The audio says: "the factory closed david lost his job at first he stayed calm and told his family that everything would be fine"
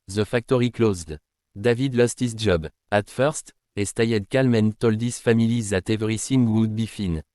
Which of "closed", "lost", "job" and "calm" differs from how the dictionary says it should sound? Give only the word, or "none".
none